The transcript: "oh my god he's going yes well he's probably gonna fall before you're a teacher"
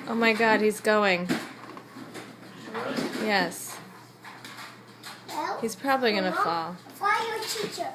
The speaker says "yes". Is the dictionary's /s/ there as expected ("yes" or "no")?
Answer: yes